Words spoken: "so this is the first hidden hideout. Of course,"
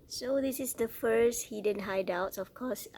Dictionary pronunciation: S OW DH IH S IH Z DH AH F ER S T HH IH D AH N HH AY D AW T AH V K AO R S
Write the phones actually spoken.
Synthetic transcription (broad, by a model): S OW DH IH S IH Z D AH F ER S T HH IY D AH N HH AY D AW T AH F K AO S